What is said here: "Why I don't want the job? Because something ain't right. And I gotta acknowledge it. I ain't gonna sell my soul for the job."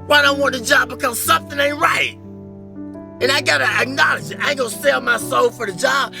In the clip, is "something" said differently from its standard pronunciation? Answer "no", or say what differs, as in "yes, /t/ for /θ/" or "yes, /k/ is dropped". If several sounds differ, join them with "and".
no